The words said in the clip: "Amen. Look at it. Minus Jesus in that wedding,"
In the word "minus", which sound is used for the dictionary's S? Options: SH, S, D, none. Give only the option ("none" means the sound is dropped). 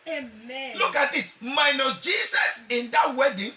none